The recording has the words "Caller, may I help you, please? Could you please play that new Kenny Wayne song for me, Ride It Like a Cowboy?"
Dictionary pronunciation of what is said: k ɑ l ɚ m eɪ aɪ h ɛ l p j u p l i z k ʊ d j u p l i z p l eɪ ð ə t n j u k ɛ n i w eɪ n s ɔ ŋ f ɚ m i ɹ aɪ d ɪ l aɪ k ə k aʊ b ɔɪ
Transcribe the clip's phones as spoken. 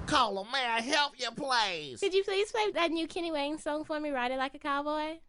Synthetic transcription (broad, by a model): k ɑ l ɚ m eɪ aɪ h ɛ l p j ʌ p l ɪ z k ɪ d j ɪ p l i z p l eɪ ð ə t n j u k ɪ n i w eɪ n s ɔ ŋ f ɚ m i ɹ aɪ d ɪ l aɪ k ə k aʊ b ɔɪ